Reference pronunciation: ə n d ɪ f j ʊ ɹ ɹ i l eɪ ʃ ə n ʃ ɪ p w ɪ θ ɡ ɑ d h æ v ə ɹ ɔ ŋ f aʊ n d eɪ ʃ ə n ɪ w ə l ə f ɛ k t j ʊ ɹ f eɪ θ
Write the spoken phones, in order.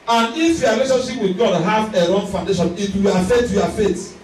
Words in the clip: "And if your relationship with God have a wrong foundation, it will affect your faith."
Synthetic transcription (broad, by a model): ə n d ɪ f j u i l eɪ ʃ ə n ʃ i p w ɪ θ ɡ ɑ d h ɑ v ə ɹ ɔ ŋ f aʊ n d eɪ ʃ ə n ɪ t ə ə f ɛ t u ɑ f eɪ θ